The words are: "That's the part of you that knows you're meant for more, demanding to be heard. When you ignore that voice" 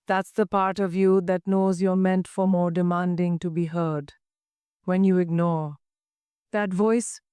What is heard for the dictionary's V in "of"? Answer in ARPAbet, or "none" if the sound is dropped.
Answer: V